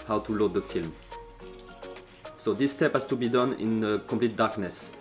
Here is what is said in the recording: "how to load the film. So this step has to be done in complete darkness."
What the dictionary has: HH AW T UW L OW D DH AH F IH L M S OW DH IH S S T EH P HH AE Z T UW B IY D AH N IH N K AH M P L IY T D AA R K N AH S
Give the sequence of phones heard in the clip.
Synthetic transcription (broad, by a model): HH AW T UW L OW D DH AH F IH L M S OW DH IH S S T EH P HH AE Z T UW B IY D AH N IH N K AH P L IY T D AA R K N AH S